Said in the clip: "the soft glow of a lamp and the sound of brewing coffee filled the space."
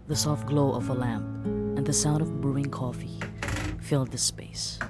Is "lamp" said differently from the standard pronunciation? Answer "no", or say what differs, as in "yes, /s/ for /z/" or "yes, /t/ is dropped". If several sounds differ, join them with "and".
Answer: no